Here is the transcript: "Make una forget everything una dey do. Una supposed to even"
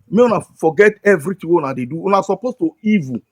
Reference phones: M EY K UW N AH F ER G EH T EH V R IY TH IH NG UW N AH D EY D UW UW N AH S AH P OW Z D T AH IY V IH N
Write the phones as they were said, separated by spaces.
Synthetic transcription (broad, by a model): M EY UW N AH F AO G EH T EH V R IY T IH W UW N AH D EY D UW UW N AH S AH P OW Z T AH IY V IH